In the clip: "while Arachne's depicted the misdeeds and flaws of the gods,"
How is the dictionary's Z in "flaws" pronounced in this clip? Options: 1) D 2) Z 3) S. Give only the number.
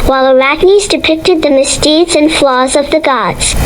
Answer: 2